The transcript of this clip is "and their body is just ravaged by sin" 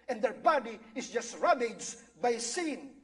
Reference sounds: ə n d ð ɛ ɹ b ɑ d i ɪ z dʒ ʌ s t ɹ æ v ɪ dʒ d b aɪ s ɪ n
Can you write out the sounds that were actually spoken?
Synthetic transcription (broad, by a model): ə n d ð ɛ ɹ b ɑ d i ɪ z dʒ ʌ s t ɹ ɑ b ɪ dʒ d b aɪ s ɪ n